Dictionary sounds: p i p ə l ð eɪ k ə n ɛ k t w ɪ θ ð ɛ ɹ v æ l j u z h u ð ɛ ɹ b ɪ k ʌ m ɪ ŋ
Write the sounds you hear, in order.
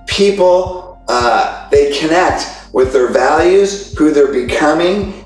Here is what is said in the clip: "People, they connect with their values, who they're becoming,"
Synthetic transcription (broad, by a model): p i p l ð eɪ k ə n ɛ k t w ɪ ð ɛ ɹ v æ l j u z h u ð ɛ ɹ b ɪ k ʌ m ɪ ŋ